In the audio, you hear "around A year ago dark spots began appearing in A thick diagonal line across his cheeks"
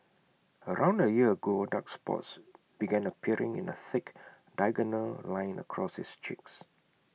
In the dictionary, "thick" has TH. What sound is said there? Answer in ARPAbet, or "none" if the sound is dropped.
TH